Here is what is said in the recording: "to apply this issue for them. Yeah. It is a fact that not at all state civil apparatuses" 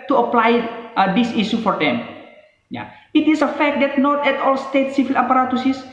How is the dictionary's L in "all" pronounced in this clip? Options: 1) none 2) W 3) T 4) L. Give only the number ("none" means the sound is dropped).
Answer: 4